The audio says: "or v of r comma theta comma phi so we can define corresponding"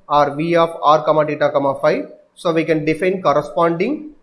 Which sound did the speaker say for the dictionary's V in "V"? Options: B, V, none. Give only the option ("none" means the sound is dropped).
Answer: V